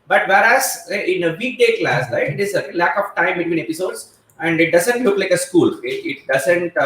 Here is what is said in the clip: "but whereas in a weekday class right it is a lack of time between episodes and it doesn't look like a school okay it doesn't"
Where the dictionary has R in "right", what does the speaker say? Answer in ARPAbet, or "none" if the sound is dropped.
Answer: L